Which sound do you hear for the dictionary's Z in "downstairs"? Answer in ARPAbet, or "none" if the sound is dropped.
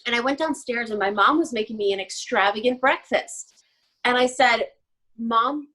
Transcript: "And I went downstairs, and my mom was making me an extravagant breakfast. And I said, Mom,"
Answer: Z